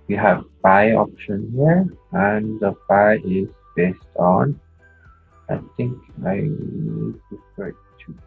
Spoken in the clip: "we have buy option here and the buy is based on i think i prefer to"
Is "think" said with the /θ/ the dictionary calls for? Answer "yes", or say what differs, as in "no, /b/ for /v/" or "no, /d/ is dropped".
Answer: no, /t/ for /θ/